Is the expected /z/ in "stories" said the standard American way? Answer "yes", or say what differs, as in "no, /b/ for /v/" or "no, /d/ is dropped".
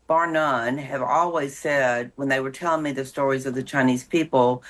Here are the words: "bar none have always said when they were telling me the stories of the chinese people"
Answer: yes